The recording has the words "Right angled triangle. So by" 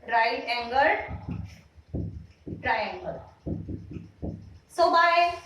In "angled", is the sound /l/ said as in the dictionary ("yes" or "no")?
no